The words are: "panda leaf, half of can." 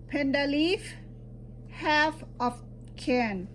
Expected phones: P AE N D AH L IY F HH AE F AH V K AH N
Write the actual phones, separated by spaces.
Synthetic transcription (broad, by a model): P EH N D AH L IY F HH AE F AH F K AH N